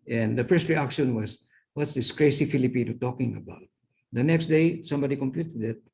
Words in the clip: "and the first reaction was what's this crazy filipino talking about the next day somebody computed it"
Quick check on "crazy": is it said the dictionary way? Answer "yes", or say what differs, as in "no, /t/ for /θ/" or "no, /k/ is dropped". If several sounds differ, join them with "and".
no, /s/ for /z/